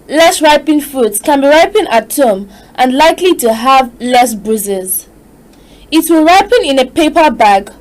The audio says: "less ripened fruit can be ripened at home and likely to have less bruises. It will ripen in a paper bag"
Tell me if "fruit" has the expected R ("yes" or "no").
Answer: no